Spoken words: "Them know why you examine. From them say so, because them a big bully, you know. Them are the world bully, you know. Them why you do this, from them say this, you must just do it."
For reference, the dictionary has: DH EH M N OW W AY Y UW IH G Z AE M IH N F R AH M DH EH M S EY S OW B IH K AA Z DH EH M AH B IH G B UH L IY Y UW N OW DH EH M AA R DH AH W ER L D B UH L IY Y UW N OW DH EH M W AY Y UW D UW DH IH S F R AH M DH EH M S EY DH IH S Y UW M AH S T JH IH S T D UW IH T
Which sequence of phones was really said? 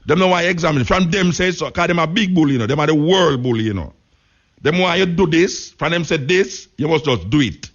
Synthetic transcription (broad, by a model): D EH M N OW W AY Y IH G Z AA M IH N F R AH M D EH M S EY S OW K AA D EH M AH B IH G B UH L Y UW N OW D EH M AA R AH W ER L D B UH L Y UW N OW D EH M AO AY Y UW D UW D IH S F R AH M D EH M S EY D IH S Y UW M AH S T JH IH S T D UW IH T